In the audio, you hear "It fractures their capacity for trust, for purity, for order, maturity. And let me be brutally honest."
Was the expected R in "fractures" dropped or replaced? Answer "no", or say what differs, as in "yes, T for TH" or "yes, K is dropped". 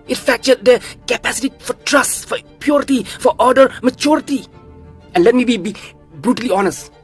yes, R is dropped